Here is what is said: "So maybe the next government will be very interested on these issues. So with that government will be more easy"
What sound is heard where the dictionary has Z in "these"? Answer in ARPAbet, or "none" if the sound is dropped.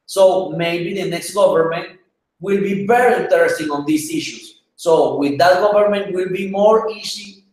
S